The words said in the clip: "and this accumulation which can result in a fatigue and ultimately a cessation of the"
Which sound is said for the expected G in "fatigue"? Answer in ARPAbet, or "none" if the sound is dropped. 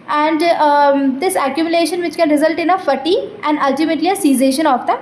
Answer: none